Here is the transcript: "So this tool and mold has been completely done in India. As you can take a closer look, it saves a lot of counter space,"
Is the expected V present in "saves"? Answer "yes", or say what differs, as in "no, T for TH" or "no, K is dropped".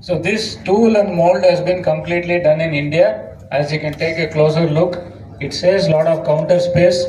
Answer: no, V is dropped